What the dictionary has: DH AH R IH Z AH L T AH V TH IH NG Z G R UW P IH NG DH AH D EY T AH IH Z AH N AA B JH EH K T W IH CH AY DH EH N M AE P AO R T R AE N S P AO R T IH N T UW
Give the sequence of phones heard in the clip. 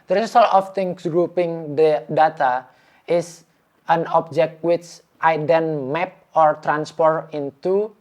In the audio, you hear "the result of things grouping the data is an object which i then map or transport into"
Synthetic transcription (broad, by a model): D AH R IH S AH L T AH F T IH NG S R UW P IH NG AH D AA T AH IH S AH N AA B JH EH K T W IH CH AY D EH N M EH P AO R T R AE N S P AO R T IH N T UW